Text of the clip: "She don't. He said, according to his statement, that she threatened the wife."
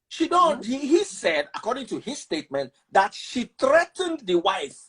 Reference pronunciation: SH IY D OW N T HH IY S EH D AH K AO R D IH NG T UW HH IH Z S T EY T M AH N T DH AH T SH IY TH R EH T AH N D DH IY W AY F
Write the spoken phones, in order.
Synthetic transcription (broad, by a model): SH IY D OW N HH HH IY S EH D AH K AO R D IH NG T UW HH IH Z S T EY T M AH N T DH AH T SH IY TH R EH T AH N D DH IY W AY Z